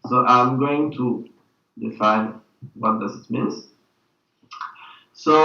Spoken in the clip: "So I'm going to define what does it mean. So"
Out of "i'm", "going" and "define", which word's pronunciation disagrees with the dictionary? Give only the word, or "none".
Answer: none